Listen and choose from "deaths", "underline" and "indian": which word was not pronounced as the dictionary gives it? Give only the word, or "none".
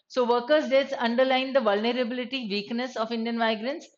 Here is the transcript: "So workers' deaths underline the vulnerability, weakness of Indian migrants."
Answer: deaths